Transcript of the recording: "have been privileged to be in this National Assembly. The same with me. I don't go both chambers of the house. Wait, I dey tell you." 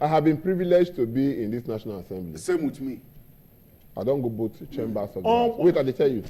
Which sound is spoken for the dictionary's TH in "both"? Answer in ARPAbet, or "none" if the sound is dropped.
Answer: T